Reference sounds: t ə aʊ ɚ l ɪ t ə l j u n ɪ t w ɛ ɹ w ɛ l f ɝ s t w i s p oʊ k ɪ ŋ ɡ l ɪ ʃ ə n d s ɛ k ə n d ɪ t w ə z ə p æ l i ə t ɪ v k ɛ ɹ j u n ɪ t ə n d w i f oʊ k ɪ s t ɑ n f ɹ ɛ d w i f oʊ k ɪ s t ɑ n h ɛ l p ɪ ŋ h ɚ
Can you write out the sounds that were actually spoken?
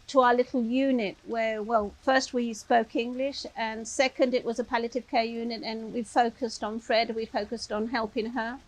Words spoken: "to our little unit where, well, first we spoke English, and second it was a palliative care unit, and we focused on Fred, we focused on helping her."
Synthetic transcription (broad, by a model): t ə aʊ ɚ l ɪ t l j u n ɪ t w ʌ ɹ w ɛ l f ɝ s t w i s p oʊ k ɪ ŋ ɡ l ɪ ʃ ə n s ɛ k ə n d ɪ t w ə z ə p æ l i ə t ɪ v k ɛ ɹ j u n ɪ t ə n w i f oʊ k ɪ s t n f ɹ ɛ d w i f oʊ k ɪ s t n h ɛ l p ɪ ŋ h ɚ